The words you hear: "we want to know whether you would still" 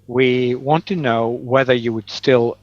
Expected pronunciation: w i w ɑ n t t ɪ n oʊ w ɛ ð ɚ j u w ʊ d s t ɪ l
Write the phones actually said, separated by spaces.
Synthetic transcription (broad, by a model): w i w ɑ n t t ɪ n oʊ w ɛ ð ɚ j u w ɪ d s t ɪ l